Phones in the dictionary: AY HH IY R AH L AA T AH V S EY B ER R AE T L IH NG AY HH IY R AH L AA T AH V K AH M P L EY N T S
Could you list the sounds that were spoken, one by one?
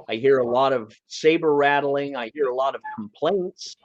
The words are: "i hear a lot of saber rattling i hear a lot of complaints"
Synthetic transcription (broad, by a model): AY HH IY R AH L AA T AH V S EY B ER R AE T L IH NG AY HH IY R AH L AA T AH V K M P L EY N T S